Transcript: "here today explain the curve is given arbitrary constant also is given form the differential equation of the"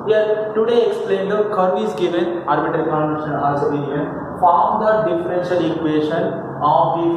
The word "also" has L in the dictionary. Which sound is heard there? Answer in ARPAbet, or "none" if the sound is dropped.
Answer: none